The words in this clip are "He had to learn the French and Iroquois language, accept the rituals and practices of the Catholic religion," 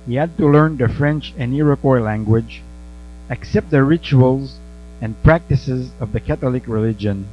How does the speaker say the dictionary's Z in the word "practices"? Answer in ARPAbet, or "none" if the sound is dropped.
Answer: Z